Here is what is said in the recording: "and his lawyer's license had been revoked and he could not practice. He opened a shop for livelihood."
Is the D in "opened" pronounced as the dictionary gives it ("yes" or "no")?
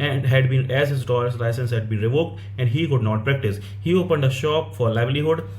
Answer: yes